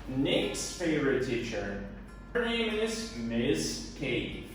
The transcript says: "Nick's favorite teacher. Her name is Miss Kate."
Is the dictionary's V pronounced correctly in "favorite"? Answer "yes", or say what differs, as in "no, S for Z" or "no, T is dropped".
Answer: yes